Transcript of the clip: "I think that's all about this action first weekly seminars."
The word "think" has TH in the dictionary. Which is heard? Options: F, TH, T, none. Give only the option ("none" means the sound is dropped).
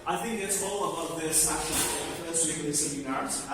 TH